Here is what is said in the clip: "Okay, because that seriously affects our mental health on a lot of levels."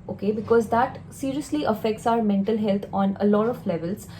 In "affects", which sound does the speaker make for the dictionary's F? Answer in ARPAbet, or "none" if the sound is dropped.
F